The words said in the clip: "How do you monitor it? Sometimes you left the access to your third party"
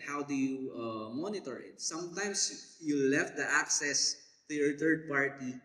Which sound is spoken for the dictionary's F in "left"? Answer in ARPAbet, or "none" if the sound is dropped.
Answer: F